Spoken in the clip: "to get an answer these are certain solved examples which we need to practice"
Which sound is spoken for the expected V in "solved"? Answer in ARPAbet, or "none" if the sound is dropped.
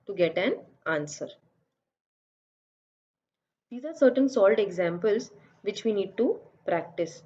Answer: none